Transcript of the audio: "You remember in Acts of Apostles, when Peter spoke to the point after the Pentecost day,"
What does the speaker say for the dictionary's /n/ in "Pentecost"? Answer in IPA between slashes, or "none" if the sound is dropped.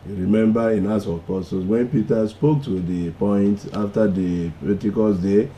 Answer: none